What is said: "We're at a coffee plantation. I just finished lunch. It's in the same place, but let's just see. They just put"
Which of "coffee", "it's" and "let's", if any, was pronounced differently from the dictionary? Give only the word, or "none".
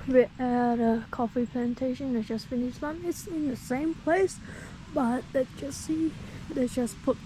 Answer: let's